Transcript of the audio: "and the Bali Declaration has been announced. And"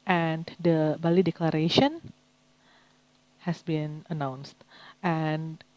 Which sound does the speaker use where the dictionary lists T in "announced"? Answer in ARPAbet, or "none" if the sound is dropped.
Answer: T